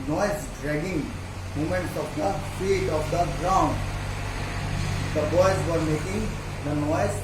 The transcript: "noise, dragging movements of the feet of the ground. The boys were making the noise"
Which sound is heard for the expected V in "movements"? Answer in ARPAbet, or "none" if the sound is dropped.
none